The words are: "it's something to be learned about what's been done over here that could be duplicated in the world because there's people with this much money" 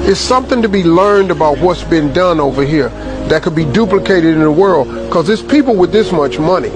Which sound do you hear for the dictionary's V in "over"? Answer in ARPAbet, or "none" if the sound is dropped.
V